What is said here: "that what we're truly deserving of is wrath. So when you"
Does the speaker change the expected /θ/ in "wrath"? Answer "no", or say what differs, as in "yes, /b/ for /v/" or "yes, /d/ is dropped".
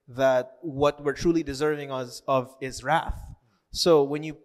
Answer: no